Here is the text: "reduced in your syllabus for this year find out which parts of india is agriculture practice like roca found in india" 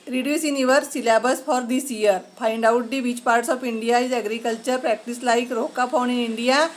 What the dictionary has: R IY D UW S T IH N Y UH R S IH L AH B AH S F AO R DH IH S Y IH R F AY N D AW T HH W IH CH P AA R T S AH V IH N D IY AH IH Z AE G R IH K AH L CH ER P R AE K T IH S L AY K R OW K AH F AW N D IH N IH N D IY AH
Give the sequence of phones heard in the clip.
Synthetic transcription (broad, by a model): R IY D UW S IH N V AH R S IH L AH B AH S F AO R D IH S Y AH R P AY N D AW T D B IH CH P AA R T S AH P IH N D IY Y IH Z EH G R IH K AH L CH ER P R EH K T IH S L AY K R OW K AH P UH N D IH N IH N D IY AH